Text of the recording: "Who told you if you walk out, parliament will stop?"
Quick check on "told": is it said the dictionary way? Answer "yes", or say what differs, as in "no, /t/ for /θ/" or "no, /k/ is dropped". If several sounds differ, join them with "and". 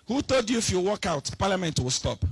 no, /l/ is dropped